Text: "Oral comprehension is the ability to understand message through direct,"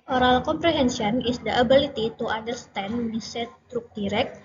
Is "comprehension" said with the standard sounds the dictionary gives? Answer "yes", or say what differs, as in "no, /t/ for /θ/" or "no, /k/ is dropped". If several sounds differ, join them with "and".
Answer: no, /s/ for /ʃ/